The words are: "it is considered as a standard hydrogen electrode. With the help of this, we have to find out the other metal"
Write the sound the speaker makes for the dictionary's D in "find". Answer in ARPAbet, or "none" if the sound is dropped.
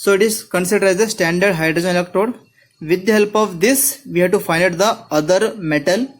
none